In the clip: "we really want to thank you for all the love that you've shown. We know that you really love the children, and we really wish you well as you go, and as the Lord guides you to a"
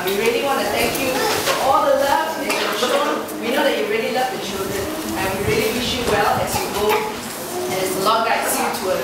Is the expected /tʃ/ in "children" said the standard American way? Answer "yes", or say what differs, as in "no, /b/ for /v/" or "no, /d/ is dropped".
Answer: no, /ʃ/ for /tʃ/